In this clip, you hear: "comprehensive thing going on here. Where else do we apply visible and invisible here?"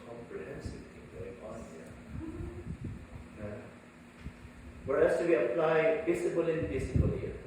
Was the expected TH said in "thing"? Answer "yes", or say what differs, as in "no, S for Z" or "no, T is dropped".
no, T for TH